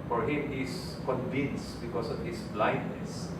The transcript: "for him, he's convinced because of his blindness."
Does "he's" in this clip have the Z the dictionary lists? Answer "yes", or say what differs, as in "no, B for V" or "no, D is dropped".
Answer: no, S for Z